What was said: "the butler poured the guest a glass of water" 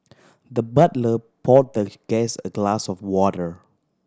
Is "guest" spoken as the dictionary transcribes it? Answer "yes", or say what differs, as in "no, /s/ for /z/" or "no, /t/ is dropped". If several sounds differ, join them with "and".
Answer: no, /t/ is dropped